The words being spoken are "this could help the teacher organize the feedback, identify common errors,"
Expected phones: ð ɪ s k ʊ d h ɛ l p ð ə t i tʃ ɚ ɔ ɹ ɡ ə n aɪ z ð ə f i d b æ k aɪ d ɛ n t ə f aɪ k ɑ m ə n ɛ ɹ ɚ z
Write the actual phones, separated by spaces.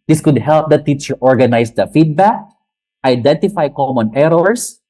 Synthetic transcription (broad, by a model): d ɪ s k ʊ d h ɛ l p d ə t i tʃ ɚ ɔ ɹ ɡ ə n aɪ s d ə f i d b æ k aɪ d ɛ n t ə f aɪ k ɑ m ə n ɛ ɹ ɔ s